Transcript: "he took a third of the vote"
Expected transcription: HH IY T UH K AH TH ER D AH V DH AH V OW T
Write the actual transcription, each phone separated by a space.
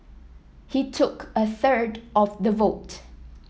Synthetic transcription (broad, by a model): HH IY T UH K AH TH ER D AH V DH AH V OW T